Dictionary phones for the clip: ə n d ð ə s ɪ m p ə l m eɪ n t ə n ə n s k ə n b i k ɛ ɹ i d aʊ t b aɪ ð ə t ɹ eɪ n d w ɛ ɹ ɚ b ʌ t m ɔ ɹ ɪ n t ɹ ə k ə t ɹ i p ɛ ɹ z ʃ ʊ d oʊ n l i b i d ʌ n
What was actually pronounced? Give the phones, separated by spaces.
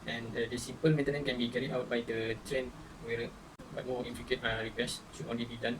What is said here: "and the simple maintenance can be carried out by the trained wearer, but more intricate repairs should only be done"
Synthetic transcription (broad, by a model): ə n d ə s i m p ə l m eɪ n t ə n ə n k ə n b i k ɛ ɹ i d aʊ t b aɪ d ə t ɹ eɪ n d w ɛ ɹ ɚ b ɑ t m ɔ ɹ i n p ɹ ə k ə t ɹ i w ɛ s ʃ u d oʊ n l i b i d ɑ n